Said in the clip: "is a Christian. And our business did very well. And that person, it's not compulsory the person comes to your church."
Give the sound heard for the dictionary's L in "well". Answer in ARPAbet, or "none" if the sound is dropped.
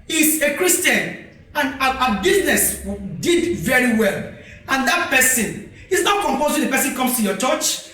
L